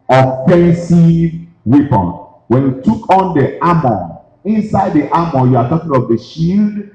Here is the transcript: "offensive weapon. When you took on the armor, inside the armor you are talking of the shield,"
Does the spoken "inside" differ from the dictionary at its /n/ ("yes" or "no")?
no